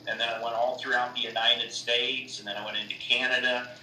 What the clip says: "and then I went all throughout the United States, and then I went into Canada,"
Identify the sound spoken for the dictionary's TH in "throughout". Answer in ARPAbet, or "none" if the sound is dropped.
TH